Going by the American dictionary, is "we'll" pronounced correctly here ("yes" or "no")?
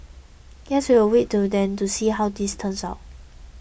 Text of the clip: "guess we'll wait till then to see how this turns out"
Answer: no